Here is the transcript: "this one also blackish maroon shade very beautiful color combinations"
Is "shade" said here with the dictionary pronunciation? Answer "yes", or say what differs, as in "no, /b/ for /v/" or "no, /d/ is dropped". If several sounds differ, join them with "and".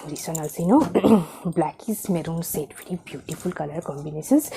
no, /s/ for /ʃ/